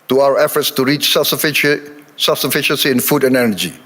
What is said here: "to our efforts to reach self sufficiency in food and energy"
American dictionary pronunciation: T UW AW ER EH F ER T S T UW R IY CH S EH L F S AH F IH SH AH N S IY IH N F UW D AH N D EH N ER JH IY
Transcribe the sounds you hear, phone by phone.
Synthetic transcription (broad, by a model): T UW AW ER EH F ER T S T UW R IY CH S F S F S AH F IH SH AH N S IY IH N F UW D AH N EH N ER JH IY